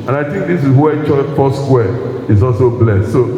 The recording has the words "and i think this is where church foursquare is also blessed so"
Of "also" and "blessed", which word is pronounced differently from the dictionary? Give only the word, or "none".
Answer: none